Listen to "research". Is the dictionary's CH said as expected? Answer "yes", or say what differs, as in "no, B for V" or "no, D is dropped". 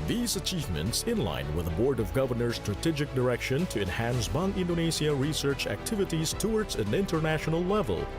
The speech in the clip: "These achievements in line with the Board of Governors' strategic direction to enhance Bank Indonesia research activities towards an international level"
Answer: yes